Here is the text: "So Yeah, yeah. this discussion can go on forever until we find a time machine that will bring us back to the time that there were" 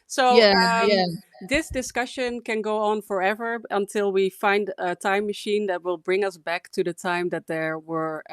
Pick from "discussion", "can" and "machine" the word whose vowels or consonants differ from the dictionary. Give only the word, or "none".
none